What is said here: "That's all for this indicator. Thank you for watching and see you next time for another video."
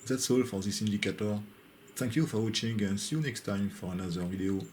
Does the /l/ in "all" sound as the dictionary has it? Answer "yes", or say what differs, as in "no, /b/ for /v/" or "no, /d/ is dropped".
yes